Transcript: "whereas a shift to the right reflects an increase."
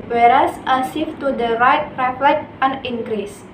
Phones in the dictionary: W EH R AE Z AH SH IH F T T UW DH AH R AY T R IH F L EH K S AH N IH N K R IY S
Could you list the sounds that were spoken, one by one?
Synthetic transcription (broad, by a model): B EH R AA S AH S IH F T T UW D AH R AY T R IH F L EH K AH N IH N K R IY S